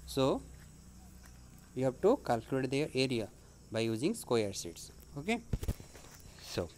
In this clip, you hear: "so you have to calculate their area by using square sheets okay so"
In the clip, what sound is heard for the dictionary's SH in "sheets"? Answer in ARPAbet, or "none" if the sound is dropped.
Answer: S